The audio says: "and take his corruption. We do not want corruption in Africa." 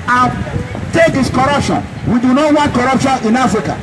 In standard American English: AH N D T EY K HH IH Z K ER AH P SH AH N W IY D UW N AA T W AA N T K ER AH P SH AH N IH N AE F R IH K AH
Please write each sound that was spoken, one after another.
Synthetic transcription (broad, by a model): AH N T EY K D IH S K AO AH P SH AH N W IY D UW N AA T W AA N T K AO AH P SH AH N IH N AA F R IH K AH